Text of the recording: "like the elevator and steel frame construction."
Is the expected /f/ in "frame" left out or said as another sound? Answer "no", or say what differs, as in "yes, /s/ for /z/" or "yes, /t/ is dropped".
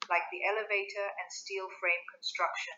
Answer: no